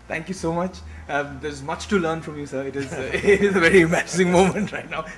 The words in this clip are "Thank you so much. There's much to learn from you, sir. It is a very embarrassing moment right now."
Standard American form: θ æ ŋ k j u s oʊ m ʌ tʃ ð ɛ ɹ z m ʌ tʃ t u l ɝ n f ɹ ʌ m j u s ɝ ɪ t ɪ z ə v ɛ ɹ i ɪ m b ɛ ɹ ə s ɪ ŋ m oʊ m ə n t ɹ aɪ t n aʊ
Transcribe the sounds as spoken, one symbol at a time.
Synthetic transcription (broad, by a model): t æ ŋ k j u s oʊ m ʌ tʃ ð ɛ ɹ z m ʌ tʃ t u l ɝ n f ɹ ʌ m j u s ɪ ɪ t ɪ z ə v ɛ ɹ i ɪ m æ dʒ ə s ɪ ŋ m oʊ m ə n t ɹ aɪ t n aʊ